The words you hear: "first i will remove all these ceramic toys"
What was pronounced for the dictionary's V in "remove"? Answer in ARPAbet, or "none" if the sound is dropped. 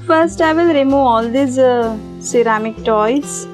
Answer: none